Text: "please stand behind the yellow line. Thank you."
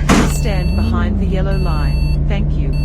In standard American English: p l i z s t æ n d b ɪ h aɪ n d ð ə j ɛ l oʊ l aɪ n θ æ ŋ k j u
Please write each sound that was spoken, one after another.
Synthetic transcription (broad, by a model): s t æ n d b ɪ h aɪ n ð ə j ɛ l oʊ l aɪ n θ æ ŋ k j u